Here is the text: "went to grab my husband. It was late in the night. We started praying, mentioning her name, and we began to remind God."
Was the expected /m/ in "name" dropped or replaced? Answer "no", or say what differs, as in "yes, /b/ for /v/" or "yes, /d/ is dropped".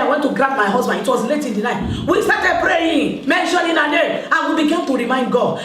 yes, /m/ is dropped